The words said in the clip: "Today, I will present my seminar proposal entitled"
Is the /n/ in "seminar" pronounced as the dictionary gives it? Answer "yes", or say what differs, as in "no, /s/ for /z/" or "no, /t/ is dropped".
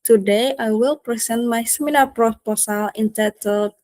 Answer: no, /l/ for /n/